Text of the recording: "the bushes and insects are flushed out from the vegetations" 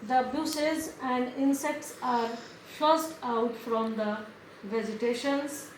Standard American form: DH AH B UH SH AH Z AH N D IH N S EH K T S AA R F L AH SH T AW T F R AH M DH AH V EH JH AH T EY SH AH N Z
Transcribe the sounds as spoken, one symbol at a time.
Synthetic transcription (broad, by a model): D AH B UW S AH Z AH N D IH N S EH K T S AA R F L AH S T AW T F R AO M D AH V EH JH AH T EY SH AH N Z